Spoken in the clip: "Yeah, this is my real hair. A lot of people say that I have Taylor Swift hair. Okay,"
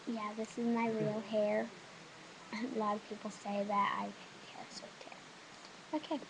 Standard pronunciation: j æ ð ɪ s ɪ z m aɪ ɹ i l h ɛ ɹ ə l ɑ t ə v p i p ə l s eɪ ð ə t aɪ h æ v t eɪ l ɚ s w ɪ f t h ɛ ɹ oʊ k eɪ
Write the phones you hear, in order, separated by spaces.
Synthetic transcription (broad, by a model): j æ ð ɪ s ɪ z m aɪ ɹ i l h ɛ ɹ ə l ɑ t ə v p i p l s eɪ ð ə t aɪ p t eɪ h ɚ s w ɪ t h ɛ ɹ oʊ k eɪ